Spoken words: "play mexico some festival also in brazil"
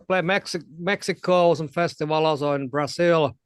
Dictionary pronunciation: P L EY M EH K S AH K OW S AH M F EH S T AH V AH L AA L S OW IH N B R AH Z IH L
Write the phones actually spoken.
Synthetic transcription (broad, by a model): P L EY M EH K S AH K OW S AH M F EH S T AH V AH L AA S OW IH N B R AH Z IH L